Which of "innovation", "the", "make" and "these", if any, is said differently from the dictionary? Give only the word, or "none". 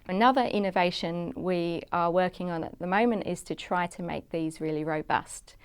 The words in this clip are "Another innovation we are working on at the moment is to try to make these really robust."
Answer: none